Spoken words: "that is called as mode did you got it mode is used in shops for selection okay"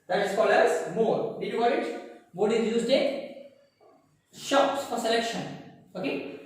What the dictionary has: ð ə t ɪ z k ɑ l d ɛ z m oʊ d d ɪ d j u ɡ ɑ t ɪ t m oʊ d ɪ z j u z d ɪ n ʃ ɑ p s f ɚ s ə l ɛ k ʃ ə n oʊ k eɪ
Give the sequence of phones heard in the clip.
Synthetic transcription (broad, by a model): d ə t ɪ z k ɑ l ɛ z m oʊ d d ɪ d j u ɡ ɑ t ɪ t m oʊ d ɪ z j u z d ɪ ʃ ɑ p s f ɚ s ə l ɛ k ʃ ə n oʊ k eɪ